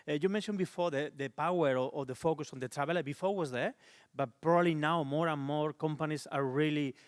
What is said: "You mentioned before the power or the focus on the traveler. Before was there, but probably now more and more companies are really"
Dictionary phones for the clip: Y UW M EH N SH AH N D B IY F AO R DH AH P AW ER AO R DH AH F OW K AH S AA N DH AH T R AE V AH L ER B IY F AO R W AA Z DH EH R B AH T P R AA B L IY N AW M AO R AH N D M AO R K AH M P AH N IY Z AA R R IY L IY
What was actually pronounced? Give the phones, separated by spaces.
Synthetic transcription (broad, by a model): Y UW M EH N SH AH N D B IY F AO R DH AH P AW ER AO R DH AH F OW K AH S AA N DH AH T R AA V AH L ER B IY F AO R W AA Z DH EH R B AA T P R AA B L IY N AW M AO R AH N M AO R K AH M P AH N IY S AA R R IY L IY